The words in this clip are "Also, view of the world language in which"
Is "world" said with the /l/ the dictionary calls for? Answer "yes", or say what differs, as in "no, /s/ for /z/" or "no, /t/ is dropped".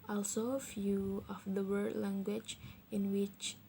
no, /l/ is dropped